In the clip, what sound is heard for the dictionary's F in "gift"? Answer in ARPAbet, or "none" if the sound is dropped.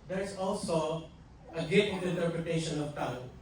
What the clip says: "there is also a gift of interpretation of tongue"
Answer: none